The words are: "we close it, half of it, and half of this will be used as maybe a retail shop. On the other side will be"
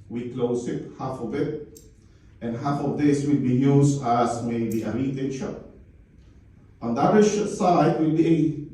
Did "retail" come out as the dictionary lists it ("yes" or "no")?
no